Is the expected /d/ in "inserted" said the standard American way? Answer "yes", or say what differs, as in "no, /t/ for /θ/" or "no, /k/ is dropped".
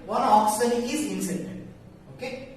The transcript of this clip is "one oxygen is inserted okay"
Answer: no, /d/ is dropped